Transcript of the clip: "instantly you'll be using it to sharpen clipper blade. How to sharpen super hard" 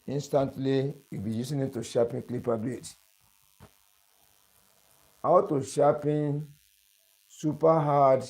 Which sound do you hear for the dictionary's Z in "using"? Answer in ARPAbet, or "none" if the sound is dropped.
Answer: S